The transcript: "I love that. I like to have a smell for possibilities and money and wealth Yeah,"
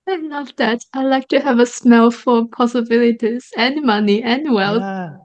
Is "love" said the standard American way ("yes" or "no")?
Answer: no